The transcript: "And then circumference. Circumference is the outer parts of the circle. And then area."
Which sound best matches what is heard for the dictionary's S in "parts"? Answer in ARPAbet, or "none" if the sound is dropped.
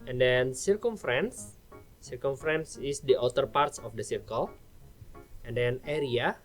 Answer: S